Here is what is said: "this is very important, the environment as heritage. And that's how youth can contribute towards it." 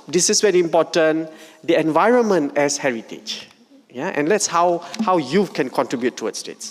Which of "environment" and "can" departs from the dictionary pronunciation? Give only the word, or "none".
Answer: none